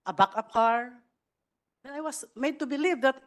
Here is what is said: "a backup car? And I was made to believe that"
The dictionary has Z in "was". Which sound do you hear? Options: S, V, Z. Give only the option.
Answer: S